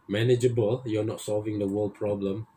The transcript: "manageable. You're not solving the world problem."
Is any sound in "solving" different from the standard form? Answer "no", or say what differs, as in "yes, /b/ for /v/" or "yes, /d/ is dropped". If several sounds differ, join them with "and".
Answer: no